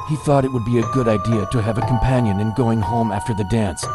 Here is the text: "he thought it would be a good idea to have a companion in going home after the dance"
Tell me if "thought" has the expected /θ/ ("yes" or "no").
yes